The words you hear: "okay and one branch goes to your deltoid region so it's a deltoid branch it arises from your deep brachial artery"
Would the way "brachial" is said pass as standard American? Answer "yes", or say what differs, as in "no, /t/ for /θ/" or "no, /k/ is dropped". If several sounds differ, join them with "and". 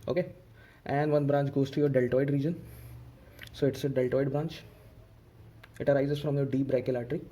no, /k/ is dropped